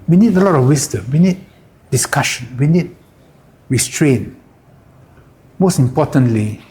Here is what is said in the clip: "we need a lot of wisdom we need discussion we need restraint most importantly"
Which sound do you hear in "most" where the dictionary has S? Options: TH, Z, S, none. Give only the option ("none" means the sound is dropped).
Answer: S